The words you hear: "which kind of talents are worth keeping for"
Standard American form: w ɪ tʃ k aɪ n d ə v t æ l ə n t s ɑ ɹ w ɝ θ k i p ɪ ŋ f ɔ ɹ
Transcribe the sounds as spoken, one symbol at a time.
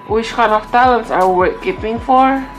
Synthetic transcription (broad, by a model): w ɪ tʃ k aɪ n ə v t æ l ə n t s ɑ ɹ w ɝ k k i p ɪ ŋ f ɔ ɹ